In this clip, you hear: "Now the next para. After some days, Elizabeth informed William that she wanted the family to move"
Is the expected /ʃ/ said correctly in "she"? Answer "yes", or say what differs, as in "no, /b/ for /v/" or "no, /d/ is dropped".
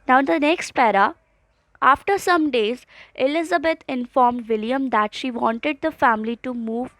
yes